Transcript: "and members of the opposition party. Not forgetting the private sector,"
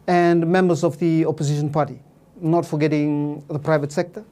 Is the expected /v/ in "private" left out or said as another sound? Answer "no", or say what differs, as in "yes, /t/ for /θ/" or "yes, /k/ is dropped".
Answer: no